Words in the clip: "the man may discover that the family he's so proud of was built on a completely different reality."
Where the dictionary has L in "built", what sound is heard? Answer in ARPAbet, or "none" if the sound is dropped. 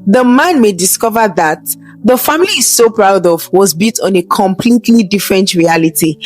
none